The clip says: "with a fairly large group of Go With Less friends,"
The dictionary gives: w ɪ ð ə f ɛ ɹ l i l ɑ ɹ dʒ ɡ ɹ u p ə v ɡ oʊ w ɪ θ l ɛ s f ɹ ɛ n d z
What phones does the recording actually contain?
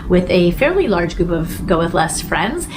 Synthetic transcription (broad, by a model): w ɪ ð ə f ɛ ɹ l i l ɑ ɹ dʒ ɡ ɹ u p ə v ɡ oʊ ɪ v l ɛ s f ɹ ɛ n d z